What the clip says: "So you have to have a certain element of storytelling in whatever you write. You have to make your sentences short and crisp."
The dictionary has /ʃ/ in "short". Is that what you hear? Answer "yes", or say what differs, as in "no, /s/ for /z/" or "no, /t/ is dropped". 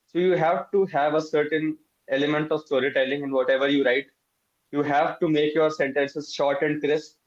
yes